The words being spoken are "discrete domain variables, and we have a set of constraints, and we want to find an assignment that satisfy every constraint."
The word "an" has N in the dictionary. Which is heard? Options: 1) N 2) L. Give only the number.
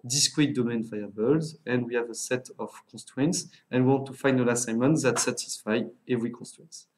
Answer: 2